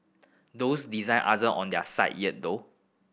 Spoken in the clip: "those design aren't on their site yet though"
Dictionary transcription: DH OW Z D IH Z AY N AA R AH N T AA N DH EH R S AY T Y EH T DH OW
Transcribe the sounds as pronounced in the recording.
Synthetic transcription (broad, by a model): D OW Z D IH Z AY N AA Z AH T AA N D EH S AY T Y EH T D OW